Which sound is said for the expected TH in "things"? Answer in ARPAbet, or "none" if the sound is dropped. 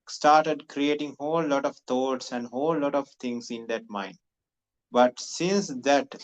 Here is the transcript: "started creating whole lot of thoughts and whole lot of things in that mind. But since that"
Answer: T